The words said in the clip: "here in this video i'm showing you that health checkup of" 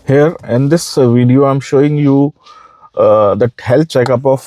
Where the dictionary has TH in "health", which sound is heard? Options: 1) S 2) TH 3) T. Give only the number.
3